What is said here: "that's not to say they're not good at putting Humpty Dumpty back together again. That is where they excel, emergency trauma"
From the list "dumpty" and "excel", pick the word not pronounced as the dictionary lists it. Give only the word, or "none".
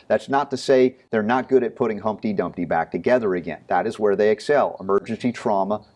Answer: none